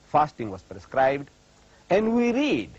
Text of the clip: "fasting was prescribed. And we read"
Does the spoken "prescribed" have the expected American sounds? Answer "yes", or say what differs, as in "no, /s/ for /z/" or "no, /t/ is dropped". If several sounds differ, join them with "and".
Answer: yes